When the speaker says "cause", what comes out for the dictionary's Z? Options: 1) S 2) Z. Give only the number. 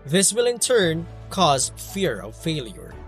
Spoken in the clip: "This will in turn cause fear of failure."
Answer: 2